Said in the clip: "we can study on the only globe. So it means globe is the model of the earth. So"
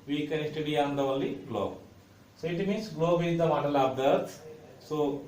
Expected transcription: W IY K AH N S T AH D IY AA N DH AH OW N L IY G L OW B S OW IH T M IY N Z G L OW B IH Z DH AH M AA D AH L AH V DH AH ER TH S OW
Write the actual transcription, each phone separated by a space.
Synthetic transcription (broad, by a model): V IY K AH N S T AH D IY AA N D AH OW L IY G L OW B S OW IH T M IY N S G L OW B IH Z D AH M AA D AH L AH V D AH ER T S OW